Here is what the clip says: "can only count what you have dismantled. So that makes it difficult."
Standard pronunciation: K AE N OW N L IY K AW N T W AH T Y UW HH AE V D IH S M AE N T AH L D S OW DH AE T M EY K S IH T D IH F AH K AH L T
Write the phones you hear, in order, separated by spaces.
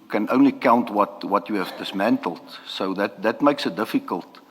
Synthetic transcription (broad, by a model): K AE N OW N L IY K AW N T W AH T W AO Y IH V D IH S M AE N T AH L D S OW DH AE T M EY K S IH T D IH F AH K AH L T